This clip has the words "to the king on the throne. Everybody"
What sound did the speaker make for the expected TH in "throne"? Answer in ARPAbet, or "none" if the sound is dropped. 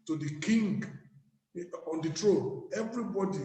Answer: T